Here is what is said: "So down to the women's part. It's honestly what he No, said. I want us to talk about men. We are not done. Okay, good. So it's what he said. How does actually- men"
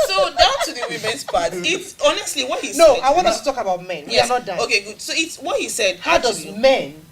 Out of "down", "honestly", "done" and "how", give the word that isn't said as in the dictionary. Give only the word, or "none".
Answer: done